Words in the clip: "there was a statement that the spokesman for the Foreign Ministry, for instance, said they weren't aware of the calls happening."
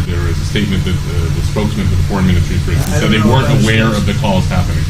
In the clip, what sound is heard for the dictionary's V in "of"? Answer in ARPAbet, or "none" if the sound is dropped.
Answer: V